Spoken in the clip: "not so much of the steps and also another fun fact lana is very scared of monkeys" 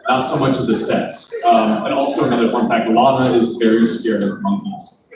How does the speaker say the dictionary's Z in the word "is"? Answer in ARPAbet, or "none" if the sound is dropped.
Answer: Z